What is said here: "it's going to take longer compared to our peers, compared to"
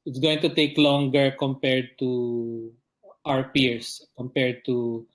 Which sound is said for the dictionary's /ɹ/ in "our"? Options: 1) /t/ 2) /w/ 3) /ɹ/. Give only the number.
3